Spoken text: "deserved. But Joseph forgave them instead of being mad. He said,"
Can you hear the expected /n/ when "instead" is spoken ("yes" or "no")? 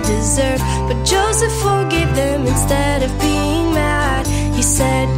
yes